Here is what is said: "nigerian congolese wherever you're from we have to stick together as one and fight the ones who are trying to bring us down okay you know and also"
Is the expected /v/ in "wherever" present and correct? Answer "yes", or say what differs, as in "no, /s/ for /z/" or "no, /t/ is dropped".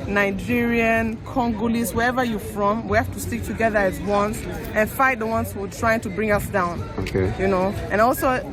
yes